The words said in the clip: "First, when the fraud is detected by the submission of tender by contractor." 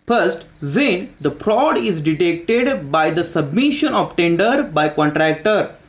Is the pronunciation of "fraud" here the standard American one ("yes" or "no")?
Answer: no